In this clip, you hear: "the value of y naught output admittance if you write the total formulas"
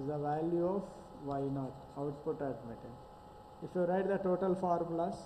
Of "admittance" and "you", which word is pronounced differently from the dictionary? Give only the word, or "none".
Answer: admittance